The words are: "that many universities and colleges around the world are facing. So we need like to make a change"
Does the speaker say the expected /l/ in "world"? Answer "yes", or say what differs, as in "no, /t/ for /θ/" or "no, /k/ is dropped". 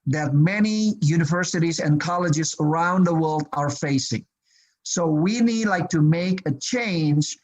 yes